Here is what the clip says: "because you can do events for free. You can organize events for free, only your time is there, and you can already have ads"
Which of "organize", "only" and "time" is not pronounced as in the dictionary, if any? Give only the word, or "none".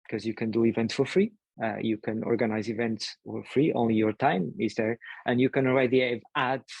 none